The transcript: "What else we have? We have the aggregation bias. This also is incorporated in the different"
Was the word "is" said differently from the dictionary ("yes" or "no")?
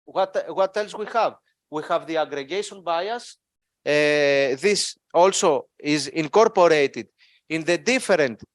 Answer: no